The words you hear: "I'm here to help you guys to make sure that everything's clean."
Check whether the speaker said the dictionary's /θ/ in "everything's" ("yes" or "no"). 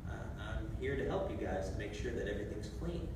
yes